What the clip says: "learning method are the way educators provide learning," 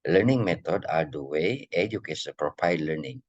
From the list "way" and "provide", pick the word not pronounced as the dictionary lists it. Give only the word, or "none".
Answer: provide